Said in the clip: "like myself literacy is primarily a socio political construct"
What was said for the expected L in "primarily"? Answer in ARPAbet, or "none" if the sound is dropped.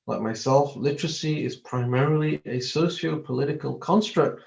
L